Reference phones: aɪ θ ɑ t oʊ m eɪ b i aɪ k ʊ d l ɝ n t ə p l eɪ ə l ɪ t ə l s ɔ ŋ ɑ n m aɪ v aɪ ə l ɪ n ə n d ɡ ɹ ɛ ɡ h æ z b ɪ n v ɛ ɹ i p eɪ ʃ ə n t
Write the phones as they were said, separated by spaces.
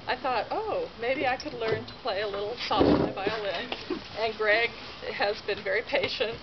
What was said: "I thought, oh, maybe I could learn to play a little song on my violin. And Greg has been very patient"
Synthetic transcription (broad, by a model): aɪ θ ɑ t oʊ m eɪ b i aɪ k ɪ d l ɝ n t ə p l eɪ ə l ɪ t l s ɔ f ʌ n m aɪ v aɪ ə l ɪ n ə n ɡ ɹ ɛ ɡ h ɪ z b ɪ n v ɛ ɹ i p eɪ ʃ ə n t